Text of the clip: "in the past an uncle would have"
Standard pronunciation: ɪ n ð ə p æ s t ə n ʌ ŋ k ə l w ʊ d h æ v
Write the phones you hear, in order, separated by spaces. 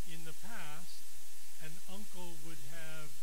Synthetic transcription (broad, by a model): ɪ n ð ə p æ s t ə n ʌ ŋ k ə l w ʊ d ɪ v